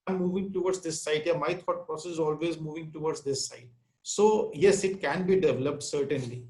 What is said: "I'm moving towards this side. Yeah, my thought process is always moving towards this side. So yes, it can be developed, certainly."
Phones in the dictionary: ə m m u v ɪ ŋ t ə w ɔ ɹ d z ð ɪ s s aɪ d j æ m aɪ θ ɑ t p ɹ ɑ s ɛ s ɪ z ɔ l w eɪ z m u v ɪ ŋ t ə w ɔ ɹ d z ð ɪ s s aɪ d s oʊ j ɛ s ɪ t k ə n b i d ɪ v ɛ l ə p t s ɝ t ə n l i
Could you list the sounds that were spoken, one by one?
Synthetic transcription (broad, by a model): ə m m u v ɪ ŋ t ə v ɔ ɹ d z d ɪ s s aɪ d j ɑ m aɪ t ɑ t p ɹ ɑ s ɛ s ɪ z ɔ l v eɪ z m u v ɪ ŋ t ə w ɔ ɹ d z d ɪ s s aɪ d s oʊ j ɛ s ɪ t k ə n b i d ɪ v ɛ l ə p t s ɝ t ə n l i